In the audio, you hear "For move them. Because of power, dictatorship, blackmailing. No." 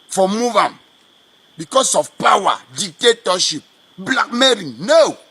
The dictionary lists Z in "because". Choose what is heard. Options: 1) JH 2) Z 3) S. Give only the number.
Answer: 3